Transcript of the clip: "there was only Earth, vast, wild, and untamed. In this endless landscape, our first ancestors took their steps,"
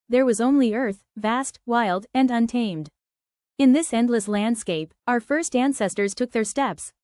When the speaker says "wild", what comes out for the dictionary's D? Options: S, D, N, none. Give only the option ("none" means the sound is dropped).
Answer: D